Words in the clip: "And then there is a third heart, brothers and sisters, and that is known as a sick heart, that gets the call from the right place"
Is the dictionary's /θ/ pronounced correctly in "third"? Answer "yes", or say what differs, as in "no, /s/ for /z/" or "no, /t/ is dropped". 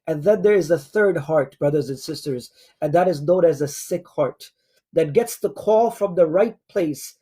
yes